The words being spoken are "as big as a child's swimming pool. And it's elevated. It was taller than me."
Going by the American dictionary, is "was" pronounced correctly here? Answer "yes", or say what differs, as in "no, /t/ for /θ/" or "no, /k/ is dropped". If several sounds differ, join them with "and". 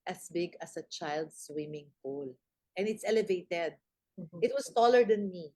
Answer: no, /s/ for /z/